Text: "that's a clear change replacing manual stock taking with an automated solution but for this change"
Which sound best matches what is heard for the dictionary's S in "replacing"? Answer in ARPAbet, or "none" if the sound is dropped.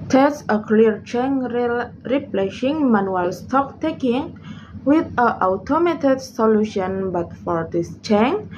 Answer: SH